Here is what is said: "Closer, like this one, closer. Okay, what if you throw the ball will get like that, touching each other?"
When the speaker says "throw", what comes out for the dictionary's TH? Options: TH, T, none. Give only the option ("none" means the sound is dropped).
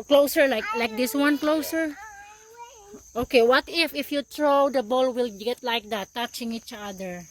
T